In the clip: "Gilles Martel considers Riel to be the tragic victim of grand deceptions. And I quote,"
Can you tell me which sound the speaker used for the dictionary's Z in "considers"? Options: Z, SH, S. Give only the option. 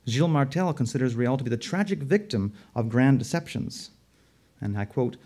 Z